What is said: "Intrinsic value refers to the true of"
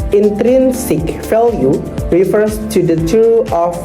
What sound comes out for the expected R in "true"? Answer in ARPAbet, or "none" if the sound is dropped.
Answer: none